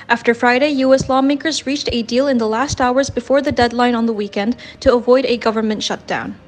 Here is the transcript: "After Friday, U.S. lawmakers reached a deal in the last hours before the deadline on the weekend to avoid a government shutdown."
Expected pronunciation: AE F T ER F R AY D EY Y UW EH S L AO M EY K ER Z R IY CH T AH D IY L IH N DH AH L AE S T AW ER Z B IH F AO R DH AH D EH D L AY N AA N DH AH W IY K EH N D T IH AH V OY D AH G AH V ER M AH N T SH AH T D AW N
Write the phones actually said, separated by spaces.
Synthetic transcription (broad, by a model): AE F T ER F R AY D EY Y UW EH S L AO M EY K ER Z R IY CH T AH D IY L IH N DH AH L AE S T AW ER Z B IH F AO R DH AH D EH D L AY N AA N DH AH W IY K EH N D T IH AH V OY D AH G AH V ER M AH N T SH AH T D AW N